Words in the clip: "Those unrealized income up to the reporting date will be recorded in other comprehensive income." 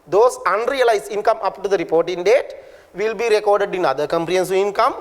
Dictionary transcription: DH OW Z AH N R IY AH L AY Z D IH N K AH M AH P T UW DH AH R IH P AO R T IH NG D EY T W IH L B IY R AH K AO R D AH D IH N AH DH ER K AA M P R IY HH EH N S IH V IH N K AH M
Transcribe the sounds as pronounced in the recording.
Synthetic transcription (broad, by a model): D OW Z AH N R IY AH L AY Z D IH N K AH M AH P T UW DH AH R IH P AO R T IH NG D EY T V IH L B IY R AH K AO R D AH D IH N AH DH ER K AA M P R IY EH N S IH IH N K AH M